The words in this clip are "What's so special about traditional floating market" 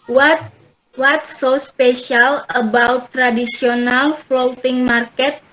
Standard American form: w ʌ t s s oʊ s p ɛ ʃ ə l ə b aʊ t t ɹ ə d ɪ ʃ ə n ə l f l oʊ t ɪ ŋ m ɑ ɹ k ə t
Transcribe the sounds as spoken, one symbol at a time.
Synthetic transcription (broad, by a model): w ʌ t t s oʊ s p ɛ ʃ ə l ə b aʊ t t ɹ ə d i s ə n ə l f l oʊ t ɪ ŋ m ɑ ɹ k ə t